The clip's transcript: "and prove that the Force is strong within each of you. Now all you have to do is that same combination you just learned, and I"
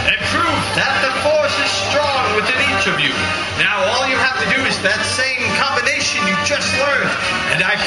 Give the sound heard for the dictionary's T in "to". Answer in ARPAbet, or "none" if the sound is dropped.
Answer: T